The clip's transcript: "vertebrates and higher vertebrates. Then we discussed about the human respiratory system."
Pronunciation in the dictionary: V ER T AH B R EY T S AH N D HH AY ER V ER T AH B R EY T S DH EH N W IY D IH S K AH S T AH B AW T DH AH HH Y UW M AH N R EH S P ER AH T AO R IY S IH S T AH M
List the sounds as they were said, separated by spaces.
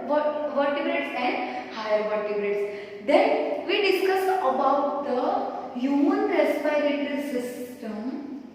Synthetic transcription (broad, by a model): V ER T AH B R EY T S AH N D HH AY ER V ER T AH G R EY T S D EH N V IY D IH S K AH S AH B AW T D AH HH Y UW M AH N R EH S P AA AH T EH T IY S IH S T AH M